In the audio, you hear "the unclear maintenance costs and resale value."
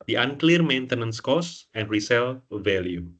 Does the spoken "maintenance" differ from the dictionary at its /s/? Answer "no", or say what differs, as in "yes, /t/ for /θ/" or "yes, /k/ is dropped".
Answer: no